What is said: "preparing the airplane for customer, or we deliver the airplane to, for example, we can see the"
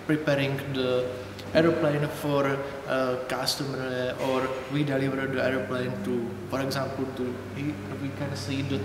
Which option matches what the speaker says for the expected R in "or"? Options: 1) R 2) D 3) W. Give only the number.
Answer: 1